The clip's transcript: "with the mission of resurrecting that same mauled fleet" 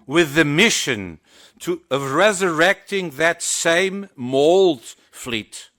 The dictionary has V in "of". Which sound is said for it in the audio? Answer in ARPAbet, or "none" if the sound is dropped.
V